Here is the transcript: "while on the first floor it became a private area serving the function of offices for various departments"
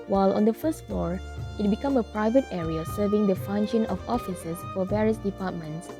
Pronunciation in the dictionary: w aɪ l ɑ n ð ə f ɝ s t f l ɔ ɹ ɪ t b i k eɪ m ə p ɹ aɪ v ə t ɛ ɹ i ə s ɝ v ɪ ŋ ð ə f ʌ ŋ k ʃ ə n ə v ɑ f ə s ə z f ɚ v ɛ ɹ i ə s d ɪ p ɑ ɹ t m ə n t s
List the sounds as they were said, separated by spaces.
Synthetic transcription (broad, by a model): w aɪ l ɑ n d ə f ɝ s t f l ɔ ɹ ɪ t b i k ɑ m ə p ɹ aɪ v ə t ɛ ɹ i ə s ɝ v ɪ ŋ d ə f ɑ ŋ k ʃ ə n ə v ɑ f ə s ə s f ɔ v ɛ ɹ i ə s d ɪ p ɑ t m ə n t s